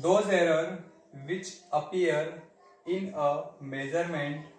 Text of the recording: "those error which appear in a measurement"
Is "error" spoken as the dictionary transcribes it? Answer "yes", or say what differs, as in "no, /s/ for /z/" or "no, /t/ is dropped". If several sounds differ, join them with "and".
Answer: yes